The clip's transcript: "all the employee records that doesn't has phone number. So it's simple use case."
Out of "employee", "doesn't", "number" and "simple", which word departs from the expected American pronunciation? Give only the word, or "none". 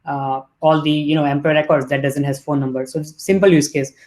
employee